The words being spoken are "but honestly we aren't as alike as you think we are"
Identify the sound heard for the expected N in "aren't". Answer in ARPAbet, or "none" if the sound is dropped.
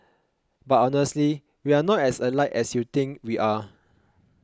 none